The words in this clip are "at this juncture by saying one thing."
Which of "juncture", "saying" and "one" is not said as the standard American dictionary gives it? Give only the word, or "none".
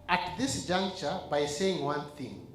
none